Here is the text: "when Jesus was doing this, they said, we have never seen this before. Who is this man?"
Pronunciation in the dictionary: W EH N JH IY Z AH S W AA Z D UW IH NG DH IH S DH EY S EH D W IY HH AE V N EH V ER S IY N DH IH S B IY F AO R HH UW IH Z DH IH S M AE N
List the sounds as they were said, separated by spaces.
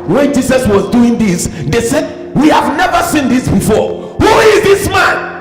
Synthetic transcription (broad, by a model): W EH N JH IY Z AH S W AA Z D UW IH NG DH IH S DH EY S EH D W IY HH AE V N EH V ER S IY N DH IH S B IY F AO R HH UW IH Z DH IH S M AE N